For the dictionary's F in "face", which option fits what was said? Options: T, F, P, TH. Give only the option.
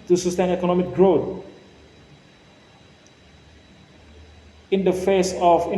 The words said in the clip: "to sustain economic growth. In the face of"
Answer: F